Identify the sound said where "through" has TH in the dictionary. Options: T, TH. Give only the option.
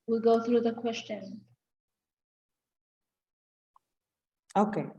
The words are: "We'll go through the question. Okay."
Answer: TH